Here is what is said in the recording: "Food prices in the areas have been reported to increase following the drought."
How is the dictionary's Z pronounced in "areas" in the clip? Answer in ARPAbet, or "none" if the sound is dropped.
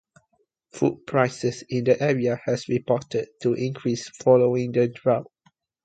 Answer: none